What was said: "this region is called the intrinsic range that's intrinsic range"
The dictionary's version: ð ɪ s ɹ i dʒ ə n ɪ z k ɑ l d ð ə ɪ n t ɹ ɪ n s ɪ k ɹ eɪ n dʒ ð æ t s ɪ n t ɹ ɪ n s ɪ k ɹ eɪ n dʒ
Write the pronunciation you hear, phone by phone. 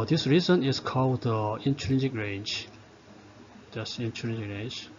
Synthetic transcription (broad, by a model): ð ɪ s ɹ i z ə n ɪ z k ɑ l d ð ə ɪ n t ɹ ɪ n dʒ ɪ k ɹ eɪ n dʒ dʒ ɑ s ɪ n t ɹ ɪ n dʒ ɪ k ɹ eɪ n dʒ